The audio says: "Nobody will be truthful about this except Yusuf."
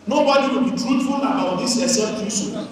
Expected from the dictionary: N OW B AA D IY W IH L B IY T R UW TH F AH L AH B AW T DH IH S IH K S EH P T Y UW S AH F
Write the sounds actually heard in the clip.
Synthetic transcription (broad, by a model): N OW B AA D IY W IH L B IY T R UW T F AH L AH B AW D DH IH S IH S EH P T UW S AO